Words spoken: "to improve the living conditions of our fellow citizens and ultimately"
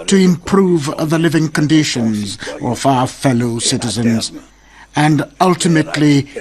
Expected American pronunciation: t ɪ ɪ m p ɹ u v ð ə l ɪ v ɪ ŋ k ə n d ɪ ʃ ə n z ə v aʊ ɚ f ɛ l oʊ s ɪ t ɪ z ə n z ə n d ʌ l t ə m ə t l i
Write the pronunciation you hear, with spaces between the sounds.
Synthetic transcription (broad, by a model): t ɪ ɪ m p ɹ u v ð ə l ɪ v ɪ ŋ k ə n d ɪ ʃ ə n z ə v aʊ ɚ f ɛ l oʊ s ɪ t ɪ z ə n z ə n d ʌ l t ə m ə t l i